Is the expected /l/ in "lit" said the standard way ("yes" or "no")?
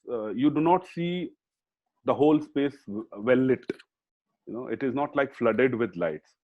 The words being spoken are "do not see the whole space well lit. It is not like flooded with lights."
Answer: no